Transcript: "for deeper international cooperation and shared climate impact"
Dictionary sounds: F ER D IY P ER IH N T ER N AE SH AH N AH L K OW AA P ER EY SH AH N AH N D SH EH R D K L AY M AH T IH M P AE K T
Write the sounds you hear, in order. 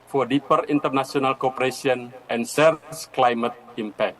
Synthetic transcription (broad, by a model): F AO D IY P ER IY N T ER N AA S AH N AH L K OW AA P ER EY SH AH N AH N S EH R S K L AY M AH T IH M P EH K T